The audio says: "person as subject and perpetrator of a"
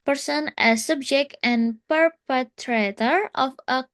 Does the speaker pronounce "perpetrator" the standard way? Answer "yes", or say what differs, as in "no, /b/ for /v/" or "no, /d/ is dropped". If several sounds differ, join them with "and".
yes